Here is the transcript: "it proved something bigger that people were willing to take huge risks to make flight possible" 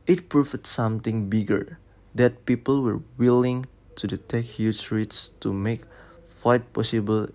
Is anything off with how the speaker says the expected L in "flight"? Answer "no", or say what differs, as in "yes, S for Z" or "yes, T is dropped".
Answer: yes, L is dropped